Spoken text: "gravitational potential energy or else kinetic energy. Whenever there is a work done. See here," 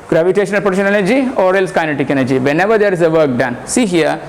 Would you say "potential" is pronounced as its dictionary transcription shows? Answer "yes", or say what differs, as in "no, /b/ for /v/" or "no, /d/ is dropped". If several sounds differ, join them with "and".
no, /n/ is dropped